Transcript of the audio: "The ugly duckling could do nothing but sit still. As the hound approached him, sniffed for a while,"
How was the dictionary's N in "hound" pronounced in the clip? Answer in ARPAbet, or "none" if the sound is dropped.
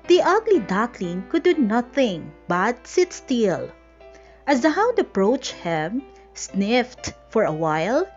none